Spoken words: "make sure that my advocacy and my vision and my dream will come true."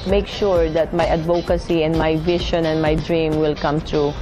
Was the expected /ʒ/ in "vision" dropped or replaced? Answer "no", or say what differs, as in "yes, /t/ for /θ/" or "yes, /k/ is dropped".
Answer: yes, /ʃ/ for /ʒ/